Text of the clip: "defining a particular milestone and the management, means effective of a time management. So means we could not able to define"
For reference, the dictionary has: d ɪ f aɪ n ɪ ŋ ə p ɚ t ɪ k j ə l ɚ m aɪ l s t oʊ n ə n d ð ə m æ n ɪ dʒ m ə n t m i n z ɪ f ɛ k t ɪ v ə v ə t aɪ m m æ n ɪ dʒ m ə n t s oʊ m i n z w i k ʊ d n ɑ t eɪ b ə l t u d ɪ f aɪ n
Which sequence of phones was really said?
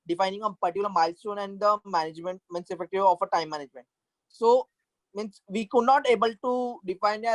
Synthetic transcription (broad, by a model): d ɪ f aɪ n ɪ ŋ ə p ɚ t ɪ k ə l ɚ m aɪ l s t oʊ n ə n d ə m æ n ɪ dʒ m ə n t m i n s ɪ f ɛ k t ɪ v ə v ə t aɪ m m æ n ɪ dʒ m ə n t s oʊ m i n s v i k ʊ d n ɑ t eɪ b ə l t u d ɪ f aɪ n